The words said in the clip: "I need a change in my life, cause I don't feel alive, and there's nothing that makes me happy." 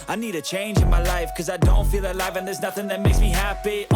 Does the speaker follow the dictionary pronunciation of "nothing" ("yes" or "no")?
yes